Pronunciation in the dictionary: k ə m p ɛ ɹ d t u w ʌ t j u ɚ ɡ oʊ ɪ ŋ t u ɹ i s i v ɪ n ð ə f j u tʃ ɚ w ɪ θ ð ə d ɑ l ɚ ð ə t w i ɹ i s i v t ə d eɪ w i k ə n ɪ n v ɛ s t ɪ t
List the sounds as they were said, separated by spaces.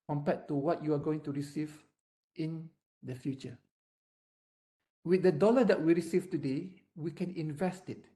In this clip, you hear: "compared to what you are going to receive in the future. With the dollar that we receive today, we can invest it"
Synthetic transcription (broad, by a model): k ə m p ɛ t u w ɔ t j u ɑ ɡ oʊ ɪ ŋ t u ɹ i s i v ɪ n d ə f j u tʃ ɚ w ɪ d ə d ɑ l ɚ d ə t w i ɹ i s i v t ə d eɪ w i k ə n ɪ n v ɛ s t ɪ t